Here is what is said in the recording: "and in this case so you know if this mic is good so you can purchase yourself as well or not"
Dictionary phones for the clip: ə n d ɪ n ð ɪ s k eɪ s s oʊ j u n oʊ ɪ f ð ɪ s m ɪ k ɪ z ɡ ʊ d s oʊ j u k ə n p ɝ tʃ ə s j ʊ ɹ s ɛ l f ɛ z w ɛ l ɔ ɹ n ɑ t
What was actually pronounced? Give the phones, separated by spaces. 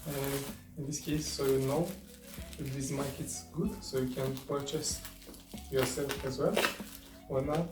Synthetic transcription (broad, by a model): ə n ɪ n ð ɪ s k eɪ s s oʊ j u n oʊ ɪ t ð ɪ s m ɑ k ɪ s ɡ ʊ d s oʊ j u k ə n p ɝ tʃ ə s j ʊ ɹ s ɛ l f ɛ z w ɛ l ɔ ɹ n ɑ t